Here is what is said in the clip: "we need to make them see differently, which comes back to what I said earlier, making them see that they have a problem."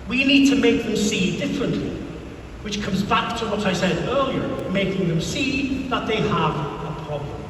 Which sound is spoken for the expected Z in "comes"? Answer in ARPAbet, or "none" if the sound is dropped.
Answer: Z